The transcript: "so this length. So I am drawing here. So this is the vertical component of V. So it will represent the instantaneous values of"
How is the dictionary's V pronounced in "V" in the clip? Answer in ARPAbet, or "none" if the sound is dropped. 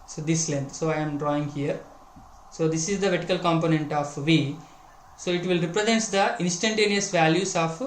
V